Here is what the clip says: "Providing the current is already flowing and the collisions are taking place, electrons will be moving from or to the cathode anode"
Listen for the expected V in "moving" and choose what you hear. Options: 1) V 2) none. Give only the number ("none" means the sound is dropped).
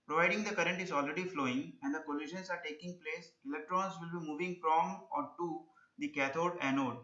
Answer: 1